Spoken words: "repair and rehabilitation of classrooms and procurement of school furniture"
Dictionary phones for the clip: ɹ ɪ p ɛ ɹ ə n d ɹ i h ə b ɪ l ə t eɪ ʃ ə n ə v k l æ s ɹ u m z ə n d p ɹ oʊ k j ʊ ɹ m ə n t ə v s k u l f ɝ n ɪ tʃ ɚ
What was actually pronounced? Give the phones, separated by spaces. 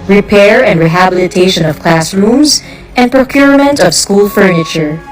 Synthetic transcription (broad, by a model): ɹ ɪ p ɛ ɹ ə n d ɹ i h ə b ɪ l ə t eɪ ʃ ə n ə v k l æ s ɹ u m z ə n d p ɹ oʊ k j ʊ ɹ m ə n t ə v s k u l f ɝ n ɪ tʃ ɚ